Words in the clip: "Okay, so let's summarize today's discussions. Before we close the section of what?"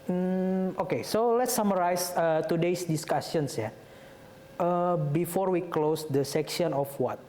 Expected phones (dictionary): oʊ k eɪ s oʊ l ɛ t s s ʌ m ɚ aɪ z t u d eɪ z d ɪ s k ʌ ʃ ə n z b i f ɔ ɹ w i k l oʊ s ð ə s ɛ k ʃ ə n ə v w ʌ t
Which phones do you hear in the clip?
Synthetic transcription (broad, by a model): oʊ k eɪ s oʊ l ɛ t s s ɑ m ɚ aɪ s t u d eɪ s d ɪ s k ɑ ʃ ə n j b i f ɔ ɹ w i k l oʊ s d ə s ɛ k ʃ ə n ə f w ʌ t